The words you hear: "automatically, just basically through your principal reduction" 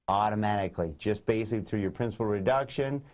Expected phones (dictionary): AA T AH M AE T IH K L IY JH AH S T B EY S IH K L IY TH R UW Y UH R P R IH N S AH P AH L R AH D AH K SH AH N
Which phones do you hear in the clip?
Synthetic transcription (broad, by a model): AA T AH M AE T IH K L IY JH AH S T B EY IH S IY TH R UW Y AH R P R IH N S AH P L R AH D AH K SH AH N